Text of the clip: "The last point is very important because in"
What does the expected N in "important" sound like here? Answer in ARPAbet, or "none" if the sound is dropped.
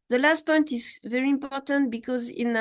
N